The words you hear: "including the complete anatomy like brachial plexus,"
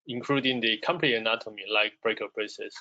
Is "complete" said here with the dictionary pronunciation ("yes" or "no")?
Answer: no